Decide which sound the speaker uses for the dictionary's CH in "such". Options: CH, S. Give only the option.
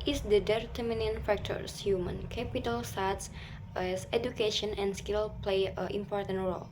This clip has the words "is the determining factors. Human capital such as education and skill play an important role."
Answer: S